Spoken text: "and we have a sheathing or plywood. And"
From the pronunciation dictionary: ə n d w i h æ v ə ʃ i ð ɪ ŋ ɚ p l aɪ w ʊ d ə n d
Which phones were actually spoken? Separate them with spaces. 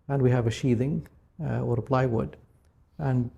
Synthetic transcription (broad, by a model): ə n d w i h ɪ v ə ʃ i ð ɪ ŋ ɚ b l aɪ w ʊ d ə n